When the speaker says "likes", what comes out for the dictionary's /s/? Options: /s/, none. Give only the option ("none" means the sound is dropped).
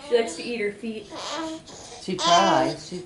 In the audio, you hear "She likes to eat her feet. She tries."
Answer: /s/